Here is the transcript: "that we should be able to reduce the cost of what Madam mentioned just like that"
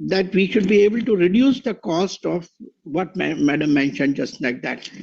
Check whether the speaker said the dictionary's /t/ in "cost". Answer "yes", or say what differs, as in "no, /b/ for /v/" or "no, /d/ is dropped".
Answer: yes